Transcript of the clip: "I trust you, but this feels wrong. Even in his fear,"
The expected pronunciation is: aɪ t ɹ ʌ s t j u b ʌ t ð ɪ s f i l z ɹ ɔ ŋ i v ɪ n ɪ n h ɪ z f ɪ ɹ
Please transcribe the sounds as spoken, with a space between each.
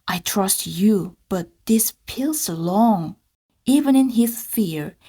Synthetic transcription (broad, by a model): aɪ t ɹ ʌ s t j u b ʌ t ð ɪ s p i l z l ɔ ŋ i v ɪ n ɪ n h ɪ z f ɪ ɹ